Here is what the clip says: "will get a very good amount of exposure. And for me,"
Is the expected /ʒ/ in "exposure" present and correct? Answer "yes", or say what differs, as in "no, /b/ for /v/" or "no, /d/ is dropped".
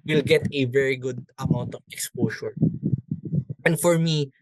no, /s/ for /ʒ/